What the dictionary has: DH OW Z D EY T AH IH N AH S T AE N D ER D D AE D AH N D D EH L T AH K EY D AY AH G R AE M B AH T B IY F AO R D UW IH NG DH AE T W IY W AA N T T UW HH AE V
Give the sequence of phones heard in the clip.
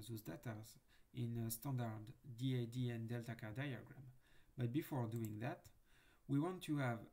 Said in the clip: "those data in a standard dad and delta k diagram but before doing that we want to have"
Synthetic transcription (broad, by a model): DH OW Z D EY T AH IH N AH S T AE N D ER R D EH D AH N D D EH L T AH K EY D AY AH G R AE M B AH T B IY F AO R D UW IH NG DH AE T W IY W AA N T T UW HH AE V